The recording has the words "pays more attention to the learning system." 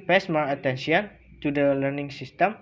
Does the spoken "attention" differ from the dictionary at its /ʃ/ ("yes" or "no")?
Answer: yes